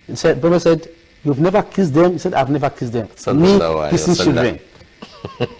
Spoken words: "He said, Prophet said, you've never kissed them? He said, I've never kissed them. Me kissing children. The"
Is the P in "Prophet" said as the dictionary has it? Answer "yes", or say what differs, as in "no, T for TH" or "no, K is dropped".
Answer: no, B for P